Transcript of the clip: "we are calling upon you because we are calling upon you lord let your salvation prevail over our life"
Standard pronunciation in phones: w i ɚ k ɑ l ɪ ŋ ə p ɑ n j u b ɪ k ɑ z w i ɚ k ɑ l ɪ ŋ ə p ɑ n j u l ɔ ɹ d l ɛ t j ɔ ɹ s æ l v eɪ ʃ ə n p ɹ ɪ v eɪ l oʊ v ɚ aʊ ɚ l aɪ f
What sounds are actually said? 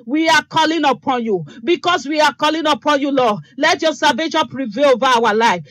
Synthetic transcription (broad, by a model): w i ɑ k ɑ l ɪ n ə p ɑ n j u b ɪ k ɑ s w i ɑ k ɑ l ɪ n ə p ɑ n j u l ɔ l ɛ t j ɔ s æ v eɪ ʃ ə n p ɹ ɪ v eɪ l oʊ v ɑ aʊ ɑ l aɪ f